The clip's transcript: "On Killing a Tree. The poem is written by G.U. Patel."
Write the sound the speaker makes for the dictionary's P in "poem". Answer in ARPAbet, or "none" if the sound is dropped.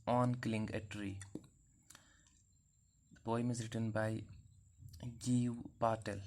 B